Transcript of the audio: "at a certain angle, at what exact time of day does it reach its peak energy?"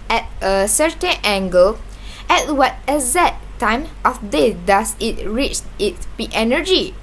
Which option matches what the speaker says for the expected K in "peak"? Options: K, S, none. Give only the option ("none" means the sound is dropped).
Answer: none